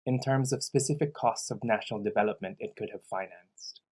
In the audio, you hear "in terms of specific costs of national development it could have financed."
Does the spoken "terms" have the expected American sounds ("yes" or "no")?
yes